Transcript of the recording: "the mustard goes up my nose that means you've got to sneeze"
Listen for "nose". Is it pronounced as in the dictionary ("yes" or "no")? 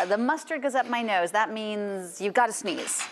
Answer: yes